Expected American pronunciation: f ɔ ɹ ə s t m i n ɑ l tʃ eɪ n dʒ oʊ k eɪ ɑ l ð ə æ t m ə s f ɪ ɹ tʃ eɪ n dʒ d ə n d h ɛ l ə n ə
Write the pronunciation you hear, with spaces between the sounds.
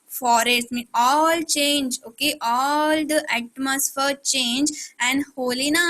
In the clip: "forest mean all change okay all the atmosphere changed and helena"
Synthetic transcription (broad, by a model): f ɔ ɹ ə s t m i ɑ l tʃ eɪ n dʒ oʊ k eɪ ɑ l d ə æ t m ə s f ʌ ɹ tʃ eɪ n dʒ ə n d h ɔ l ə n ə